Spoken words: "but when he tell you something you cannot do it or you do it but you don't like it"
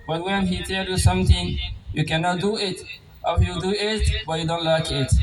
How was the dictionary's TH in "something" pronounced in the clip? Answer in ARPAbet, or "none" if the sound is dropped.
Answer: T